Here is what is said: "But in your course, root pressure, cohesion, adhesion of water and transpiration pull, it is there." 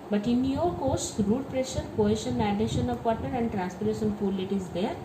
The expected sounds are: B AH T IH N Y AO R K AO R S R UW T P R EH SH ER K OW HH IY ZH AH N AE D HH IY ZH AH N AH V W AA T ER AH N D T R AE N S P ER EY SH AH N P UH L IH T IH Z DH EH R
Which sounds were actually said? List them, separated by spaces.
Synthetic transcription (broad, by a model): B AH T IH N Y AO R K AO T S R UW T P R EH SH ER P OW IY SH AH N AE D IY SH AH N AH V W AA T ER AH N D T R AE N S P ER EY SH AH N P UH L IH T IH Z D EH R